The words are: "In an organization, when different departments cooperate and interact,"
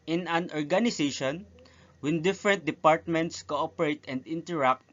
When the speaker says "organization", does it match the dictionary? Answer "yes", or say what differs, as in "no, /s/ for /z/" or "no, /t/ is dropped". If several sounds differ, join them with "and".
no, /s/ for /z/